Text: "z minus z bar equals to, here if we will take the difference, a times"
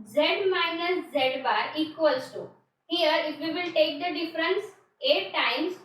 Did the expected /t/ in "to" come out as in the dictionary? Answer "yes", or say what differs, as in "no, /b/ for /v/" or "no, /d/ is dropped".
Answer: no, /s/ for /t/